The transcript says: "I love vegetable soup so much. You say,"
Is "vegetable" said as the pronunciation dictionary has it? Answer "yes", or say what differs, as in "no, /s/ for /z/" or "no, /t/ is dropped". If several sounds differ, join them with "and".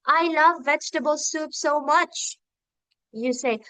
yes